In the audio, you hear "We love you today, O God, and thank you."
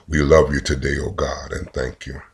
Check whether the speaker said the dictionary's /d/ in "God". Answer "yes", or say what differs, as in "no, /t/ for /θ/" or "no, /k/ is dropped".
yes